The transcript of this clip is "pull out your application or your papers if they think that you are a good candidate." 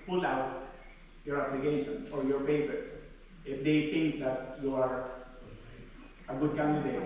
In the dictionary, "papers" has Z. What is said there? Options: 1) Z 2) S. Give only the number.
2